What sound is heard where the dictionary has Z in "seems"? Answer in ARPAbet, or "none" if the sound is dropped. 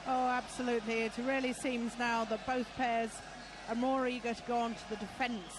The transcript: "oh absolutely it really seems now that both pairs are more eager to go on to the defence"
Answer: Z